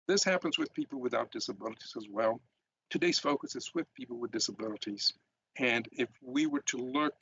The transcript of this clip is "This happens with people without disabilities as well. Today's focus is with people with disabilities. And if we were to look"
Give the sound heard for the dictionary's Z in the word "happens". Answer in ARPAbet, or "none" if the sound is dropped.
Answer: Z